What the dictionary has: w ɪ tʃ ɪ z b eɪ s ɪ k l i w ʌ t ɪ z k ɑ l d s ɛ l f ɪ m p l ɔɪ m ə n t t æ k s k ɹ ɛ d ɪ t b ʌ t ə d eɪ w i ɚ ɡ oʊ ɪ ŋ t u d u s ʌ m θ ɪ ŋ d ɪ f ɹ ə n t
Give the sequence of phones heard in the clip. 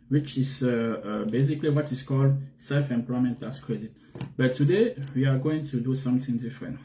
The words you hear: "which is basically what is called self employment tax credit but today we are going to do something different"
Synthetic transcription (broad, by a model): w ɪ tʃ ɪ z b eɪ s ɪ k l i w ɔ t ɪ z k ɑ l d s ɛ l f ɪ m p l ɔɪ m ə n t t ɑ s k ɹ ɛ d ɪ t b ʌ t ə d eɪ w i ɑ ɡ oʊ ɪ ŋ t u d u s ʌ m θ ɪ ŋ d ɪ f ɹ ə n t